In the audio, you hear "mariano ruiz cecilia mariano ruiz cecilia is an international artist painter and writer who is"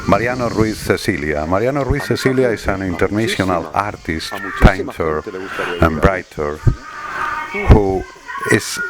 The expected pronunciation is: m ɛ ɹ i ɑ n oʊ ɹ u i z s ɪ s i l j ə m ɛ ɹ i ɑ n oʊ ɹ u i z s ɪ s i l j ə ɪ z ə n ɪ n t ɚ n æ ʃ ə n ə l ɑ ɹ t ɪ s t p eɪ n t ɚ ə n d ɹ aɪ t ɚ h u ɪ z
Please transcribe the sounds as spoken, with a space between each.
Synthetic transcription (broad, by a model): m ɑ ɹ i ɑ n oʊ ɹ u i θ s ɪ s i l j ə m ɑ ɹ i ɑ n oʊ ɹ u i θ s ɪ s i l j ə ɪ s ə n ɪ n t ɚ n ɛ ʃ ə n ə l ɑ ɹ t ɪ s t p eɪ n t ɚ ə n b ɹ aɪ t ɚ h u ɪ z